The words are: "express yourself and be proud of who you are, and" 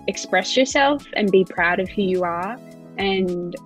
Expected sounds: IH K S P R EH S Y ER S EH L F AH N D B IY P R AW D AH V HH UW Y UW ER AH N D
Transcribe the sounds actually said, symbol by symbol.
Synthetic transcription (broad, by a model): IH K S P R EH S Y ER S EH L F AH N B IY P R AW D AH V HH UW Y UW ER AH N